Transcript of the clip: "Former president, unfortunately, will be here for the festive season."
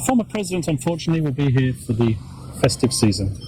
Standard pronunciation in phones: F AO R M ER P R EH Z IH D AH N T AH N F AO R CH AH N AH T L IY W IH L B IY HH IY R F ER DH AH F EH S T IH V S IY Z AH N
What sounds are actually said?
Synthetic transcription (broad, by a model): F AO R M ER P R EH Z IH D AH N T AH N F AO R CH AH N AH T L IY W IH L B IY HH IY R F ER DH AH F EH S T IH V S IY Z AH N